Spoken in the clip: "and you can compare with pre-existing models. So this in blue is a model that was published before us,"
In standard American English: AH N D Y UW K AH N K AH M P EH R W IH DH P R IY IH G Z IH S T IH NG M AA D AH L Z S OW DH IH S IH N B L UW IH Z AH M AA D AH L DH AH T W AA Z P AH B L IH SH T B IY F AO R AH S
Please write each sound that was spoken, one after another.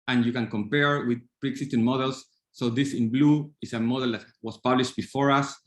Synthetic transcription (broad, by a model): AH N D Y UW K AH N K AH M P EH R W IH DH P R IY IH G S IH S T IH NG M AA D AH L S OW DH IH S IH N B L UW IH S AH M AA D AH L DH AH T W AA S P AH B L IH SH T B IY F AO R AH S